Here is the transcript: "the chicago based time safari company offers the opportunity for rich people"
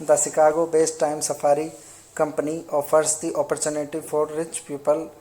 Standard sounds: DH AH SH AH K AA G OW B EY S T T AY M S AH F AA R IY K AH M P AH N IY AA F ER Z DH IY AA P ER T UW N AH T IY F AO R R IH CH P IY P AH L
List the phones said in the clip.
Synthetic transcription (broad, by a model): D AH S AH K AA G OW B EY S T T AY M S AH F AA R IY K AH M P AH N IY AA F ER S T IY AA P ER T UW N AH T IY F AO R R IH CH P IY P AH L